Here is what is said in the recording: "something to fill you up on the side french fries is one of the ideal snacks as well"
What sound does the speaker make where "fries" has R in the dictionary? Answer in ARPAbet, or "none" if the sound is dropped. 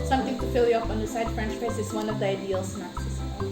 none